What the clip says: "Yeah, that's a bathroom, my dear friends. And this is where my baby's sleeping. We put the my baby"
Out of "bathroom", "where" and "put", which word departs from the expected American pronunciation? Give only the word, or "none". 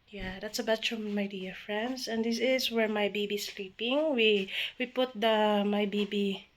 bathroom